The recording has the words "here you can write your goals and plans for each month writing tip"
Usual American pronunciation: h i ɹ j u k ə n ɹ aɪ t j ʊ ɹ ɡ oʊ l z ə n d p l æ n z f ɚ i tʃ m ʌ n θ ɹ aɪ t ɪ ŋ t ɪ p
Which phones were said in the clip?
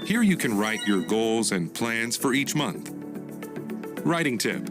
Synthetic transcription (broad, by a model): h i ɹ j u k ə n ɹ aɪ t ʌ ɹ ɡ oʊ l z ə n p l æ n z f ɚ i tʃ m ʌ n θ ɹ aɪ t ɪ ŋ t ɪ p